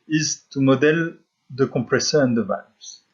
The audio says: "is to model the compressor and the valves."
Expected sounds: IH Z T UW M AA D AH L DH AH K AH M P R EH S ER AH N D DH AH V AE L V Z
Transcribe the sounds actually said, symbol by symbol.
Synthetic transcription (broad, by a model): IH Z T UW M AA D AH L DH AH K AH P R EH S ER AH N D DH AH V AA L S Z